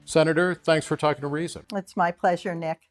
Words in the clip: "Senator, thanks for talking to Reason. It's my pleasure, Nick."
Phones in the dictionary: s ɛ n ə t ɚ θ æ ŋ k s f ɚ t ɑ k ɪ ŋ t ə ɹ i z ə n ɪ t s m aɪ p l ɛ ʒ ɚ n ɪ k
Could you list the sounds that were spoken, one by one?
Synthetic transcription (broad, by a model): s ɛ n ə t ɚ θ æ ŋ k s f ɚ t ɑ k ɪ ŋ t ə ɹ i z ə n ɪ t s m aɪ p l ɛ ʒ ɚ n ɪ k